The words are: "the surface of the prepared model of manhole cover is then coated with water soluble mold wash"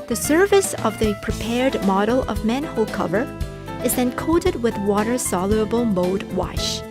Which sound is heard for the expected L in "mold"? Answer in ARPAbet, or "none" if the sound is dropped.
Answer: none